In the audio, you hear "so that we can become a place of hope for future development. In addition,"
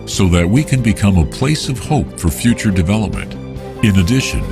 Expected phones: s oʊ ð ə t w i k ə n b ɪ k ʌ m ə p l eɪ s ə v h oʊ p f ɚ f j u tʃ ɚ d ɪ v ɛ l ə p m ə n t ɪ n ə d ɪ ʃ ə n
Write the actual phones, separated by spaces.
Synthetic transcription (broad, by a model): s oʊ ð ə t w i k ə n b ɪ k ʌ m ə p l eɪ s ə v h oʊ p f ɚ f j u tʃ ɚ d ɪ v ɛ l ə p m ə n t ɪ n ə d ɪ ʃ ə n